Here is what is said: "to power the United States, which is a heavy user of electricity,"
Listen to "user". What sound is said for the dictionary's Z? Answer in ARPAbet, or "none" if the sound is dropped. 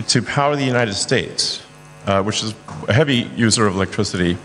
Z